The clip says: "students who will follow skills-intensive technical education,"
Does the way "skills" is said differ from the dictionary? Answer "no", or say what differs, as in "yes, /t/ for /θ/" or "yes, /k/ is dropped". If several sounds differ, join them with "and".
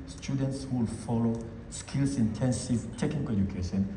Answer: yes, /s/ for /z/